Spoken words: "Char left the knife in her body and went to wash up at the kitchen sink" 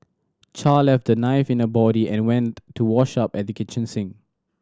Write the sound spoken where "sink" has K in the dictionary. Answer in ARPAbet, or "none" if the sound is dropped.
none